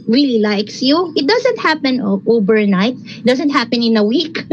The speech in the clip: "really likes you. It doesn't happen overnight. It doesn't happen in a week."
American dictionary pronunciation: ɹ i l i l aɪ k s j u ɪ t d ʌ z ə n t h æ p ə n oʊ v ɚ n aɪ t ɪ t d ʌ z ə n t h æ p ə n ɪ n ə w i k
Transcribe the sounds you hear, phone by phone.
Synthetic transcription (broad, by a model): ɹ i l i l aɪ k s j u ɪ t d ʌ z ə n t h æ p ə n oʊ b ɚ n aɪ t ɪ t d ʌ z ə n t h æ p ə n ɪ n ə w i k